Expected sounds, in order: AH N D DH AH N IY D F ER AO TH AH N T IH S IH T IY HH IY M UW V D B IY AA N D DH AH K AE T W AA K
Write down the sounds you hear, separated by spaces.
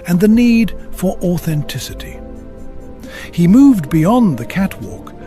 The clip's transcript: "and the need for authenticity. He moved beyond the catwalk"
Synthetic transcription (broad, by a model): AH N DH AH N IY D F ER AO TH AH N T IH S IH T IY HH IY M UW V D B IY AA N DH AH K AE T W AA K